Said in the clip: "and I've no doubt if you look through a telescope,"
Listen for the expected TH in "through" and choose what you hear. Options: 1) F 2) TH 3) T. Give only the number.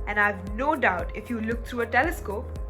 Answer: 3